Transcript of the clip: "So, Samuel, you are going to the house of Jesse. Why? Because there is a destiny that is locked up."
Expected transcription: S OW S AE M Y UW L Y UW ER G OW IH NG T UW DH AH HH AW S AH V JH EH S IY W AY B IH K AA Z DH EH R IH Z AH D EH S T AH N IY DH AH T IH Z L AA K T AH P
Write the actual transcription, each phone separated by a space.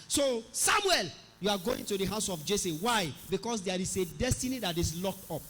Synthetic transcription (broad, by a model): S OW S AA M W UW L Y UW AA G OW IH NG T UW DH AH HH AW S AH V JH EH S IY W AY B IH K AA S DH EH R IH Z AH D EH S T AH N IY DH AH T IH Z L AA K T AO P